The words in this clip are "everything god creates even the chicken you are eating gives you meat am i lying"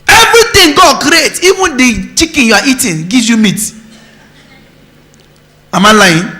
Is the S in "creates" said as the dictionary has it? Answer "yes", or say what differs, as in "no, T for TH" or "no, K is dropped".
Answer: no, S is dropped